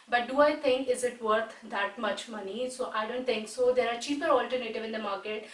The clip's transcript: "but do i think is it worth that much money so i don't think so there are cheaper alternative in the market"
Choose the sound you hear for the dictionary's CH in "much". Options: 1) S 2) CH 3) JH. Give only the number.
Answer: 2